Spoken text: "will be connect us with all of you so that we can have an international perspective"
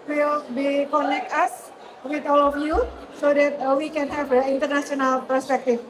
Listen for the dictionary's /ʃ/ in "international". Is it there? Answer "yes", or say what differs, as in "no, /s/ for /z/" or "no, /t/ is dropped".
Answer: no, /s/ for /ʃ/